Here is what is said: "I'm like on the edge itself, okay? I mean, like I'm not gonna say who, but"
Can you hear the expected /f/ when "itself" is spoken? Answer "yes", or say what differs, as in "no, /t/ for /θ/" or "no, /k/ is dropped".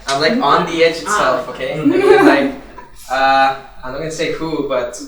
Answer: yes